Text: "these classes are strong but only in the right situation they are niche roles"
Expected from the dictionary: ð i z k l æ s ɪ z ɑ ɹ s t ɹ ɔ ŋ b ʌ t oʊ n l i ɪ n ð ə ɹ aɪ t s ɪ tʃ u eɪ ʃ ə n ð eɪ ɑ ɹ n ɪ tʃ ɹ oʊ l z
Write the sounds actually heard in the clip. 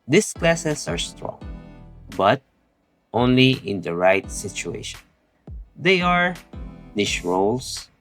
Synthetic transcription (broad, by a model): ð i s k l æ s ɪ s ɑ ɹ s t ɹ ɔ ŋ b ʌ t oʊ n l i ɪ n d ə ɹ aɪ t s ɪ tʃ u eɪ ʃ ə n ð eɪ ɑ ɹ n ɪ ʃ ɹ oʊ l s